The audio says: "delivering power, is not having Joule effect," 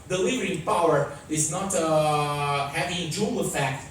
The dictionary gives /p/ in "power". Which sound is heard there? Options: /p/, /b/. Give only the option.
/p/